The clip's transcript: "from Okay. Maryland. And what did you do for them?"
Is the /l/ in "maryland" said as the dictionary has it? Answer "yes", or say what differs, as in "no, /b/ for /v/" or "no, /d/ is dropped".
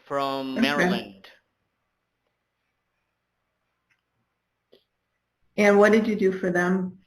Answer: no, /l/ is dropped